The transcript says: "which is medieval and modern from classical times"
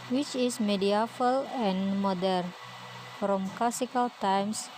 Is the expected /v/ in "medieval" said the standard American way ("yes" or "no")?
no